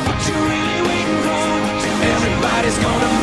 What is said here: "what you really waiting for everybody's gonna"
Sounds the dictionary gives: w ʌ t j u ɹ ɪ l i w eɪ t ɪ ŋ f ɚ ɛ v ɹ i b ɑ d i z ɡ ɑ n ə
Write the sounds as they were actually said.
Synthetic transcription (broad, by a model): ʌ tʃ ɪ ɹ ɪ l i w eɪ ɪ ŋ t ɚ ɛ v ɹ i b ɑ d i z ɡ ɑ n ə